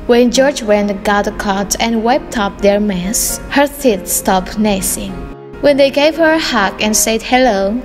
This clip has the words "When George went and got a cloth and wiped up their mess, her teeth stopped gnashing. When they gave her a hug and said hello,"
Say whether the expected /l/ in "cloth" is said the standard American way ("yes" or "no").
no